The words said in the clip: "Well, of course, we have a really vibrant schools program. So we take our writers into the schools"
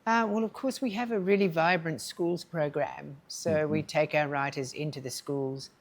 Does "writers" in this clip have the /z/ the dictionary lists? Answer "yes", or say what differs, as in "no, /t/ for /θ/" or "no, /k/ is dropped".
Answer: yes